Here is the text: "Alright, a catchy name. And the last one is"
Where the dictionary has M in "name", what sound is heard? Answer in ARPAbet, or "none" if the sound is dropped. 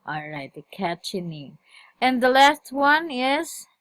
none